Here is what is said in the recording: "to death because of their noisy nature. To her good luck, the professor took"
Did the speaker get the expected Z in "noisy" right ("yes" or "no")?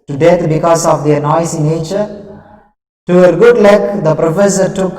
no